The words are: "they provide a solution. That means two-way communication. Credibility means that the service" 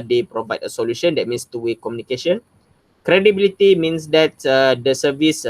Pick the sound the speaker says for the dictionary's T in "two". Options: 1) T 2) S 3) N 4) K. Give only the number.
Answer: 1